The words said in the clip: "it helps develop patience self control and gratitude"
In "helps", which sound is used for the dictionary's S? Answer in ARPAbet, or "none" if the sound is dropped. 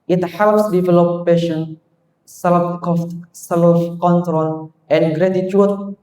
S